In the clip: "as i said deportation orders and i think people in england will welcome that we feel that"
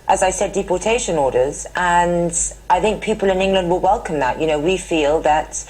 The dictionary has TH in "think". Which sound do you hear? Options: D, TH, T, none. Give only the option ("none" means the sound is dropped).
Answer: TH